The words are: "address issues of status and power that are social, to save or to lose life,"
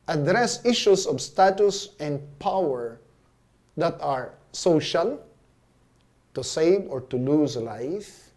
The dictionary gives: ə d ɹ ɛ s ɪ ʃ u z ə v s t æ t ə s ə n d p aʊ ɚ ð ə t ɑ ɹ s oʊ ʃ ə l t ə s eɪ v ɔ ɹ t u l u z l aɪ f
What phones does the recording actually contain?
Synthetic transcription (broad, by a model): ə d ɹ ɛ s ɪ ʃ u s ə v s t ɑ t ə s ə n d p aʊ ɚ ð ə t ɑ ɹ s oʊ ʃ ə l t ə s eɪ v ɔ ɹ t u l u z l aɪ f